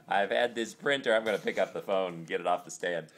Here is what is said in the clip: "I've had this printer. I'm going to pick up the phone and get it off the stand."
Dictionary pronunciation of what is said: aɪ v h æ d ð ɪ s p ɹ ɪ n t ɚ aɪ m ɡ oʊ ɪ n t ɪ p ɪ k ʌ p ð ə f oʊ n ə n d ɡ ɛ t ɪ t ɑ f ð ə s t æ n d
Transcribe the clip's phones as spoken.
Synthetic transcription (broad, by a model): aɪ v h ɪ d ð ɪ s p ɹ ɪ n t ɚ aɪ m ɡ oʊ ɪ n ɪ p ɪ k ʌ p ð ə f oʊ ə n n ɡ ɛ t ɪ t ɑ f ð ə s t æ n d